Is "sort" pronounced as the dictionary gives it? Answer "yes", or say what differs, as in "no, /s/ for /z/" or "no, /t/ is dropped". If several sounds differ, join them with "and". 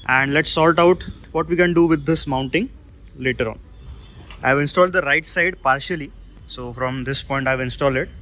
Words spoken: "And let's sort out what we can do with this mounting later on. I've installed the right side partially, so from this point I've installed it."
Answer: no, /l/ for /ɹ/